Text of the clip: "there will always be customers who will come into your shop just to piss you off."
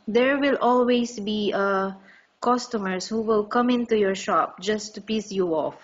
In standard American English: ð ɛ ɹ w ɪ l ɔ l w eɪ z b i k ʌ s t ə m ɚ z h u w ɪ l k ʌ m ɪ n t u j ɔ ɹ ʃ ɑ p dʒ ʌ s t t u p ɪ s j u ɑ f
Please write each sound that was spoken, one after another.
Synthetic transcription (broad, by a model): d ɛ ɹ w ɪ l ɔ l w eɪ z b i k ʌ s t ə m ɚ s h u w ɪ l k ʌ m ɪ n t u j ɔ ɹ ʃ ɑ p dʒ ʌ s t t u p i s j u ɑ f